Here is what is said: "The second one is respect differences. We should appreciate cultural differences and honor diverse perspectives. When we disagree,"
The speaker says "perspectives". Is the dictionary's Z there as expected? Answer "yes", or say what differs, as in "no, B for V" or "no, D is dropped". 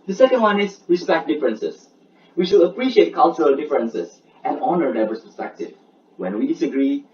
no, Z is dropped